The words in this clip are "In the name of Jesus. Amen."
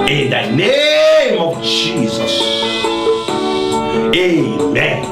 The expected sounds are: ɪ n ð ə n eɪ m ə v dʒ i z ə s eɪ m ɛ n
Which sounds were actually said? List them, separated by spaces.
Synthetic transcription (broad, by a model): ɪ n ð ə n eɪ m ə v dʒ i z ə s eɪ m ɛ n